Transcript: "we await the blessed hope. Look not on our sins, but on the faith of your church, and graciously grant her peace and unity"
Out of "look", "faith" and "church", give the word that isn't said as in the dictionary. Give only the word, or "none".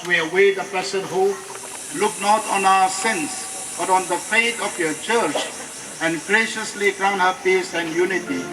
faith